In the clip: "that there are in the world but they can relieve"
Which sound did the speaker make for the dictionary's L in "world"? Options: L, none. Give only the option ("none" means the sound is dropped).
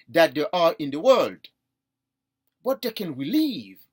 L